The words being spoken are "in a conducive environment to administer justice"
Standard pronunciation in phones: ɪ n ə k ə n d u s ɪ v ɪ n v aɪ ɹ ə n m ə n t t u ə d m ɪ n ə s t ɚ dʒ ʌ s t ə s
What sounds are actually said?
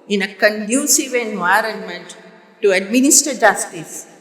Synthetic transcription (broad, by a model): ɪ n ə k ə n d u s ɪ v ɪ n v aɪ ɹ ə n m ə n t t u ə d m ɪ n ə s t ɚ dʒ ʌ s t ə s